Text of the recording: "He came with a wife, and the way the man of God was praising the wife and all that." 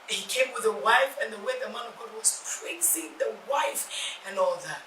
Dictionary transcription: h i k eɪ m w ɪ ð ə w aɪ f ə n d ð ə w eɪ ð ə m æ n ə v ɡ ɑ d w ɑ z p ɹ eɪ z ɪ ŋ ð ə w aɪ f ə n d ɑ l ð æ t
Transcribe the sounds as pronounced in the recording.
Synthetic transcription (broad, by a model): h i k eɪ m w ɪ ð ə w aɪ f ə n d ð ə w eɪ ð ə m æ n ə v ɡ ɑ d w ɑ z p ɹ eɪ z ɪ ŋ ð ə w aɪ f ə n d ɑ l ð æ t